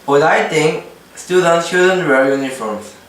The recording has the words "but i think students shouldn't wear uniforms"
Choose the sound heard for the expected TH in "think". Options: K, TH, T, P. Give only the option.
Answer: T